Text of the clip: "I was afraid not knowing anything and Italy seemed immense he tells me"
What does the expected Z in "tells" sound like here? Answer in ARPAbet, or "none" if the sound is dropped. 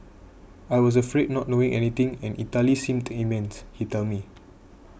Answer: none